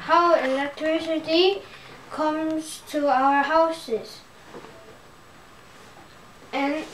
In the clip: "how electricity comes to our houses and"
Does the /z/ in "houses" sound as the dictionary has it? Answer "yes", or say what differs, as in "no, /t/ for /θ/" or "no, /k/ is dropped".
no, /s/ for /z/